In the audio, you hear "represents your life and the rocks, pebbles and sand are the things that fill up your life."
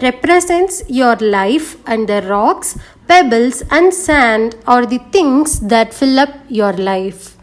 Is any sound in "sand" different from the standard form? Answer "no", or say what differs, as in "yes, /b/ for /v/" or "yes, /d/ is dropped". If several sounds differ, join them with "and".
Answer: no